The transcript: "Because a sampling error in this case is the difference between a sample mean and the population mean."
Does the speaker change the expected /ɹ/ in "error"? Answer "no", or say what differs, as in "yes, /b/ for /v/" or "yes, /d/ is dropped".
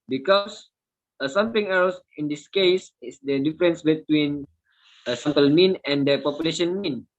yes, /l/ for /ɹ/